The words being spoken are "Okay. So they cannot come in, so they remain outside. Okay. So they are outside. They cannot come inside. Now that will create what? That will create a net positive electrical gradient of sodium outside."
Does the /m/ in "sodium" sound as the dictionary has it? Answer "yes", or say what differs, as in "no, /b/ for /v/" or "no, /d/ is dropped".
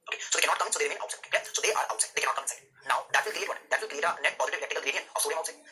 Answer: no, /m/ is dropped